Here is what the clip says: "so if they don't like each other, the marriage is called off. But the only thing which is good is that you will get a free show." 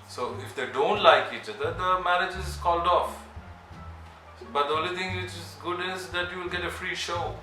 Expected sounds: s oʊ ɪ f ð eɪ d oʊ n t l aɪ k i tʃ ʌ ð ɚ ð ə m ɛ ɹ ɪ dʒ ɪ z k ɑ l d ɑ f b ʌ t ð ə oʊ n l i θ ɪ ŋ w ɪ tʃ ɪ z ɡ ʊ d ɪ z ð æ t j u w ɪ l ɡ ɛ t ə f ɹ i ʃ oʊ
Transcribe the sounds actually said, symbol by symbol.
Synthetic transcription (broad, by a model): s oʊ ɪ f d eɪ d oʊ n t l aɪ k i tʃ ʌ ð ɚ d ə m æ ɹ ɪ dʒ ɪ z k ɑ l d ɑ f b ʌ t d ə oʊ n l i t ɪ ŋ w ɪ tʃ ɪ z ɡ ʊ d ɪ z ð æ t j u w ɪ l ɡ ɛ t ə f ɹ i ʃ oʊ